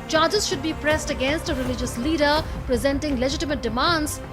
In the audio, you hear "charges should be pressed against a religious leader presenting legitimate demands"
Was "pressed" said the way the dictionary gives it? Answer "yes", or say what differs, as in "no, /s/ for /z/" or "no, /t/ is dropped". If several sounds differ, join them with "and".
yes